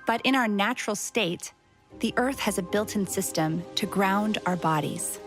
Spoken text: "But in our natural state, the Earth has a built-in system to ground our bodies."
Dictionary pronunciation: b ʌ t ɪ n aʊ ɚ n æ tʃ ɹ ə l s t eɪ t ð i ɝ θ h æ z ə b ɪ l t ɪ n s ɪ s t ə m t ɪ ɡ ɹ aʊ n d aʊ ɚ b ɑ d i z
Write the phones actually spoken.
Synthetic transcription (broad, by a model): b ʌ t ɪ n aʊ ɚ n æ tʃ ɹ l s t eɪ t ð i ɝ θ h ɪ z ə b ɪ l t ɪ n s ɪ s t ə m t ɪ ɡ ɹ aʊ n d aʊ ɚ b ɑ d i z